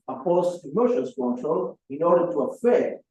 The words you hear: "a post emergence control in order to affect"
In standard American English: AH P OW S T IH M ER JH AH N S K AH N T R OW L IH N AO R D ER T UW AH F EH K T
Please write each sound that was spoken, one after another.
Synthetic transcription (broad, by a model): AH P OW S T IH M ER SH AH S K AH N T R OW L IH N AO R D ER T UW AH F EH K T